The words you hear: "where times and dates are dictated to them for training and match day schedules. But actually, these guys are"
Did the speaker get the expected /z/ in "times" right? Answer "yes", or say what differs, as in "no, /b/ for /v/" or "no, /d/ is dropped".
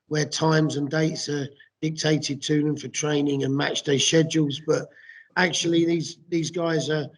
yes